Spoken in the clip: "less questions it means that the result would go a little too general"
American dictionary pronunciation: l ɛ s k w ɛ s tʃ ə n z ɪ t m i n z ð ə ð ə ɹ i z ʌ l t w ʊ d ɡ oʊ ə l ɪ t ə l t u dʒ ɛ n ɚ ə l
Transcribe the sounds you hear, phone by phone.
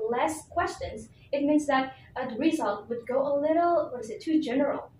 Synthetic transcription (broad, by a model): l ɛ s k w ɛ s tʃ ə n z ɪ t m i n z ð ə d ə ɹ i z ʌ l t w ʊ d ɡ oʊ ə l ɪ t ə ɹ t u dʒ ɛ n ɚ l